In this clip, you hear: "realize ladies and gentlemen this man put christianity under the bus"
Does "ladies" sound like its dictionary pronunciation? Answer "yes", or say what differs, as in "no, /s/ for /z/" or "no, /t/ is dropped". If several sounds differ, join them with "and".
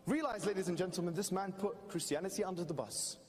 yes